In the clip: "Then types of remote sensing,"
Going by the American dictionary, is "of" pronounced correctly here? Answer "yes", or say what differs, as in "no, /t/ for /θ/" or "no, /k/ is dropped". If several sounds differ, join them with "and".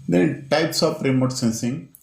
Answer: no, /p/ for /v/